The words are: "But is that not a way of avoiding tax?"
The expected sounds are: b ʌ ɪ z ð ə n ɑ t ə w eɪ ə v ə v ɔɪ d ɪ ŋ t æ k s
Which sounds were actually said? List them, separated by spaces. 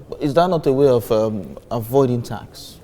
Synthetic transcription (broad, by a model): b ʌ ɪ z ð ə n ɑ t ə w eɪ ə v ə v ɔɪ d ɪ ŋ t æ k s